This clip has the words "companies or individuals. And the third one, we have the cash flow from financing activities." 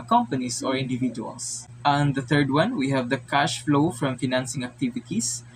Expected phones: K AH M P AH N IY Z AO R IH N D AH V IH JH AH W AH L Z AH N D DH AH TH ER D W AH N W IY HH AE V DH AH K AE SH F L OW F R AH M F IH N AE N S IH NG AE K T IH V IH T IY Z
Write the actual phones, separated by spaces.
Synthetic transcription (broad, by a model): K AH M P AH N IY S AO R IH N D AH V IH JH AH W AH L S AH N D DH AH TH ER D W AH N W IY HH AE V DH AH K AE SH F L OW F R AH M F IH N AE N S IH NG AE K T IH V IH T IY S